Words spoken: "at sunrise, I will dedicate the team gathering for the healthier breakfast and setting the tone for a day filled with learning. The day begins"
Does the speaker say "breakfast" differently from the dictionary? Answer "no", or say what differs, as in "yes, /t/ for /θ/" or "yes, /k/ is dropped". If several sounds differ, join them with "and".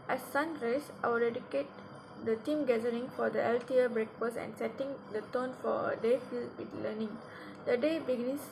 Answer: yes, /t/ is dropped